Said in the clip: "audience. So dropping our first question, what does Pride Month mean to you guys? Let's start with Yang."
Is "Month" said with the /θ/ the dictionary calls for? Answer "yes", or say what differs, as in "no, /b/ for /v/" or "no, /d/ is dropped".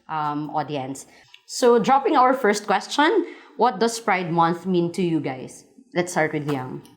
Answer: yes